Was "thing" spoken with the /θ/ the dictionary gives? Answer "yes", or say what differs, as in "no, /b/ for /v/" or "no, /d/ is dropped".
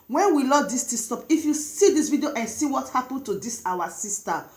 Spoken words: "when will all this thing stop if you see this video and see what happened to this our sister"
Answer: no, /t/ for /θ/